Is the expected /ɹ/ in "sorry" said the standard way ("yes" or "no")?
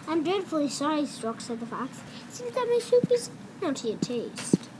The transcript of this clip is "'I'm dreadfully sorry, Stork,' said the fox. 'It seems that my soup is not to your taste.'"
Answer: yes